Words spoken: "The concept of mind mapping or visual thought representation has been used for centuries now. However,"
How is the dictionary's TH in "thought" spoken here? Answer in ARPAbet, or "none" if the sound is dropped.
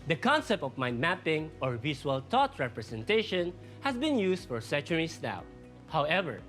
T